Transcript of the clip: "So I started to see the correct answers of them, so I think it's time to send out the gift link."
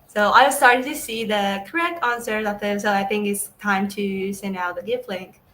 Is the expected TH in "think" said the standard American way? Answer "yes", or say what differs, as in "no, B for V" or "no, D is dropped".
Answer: yes